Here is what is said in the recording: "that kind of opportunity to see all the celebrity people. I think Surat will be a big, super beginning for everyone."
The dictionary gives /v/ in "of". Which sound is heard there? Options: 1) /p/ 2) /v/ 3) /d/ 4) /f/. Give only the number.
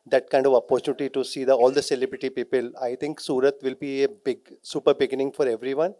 2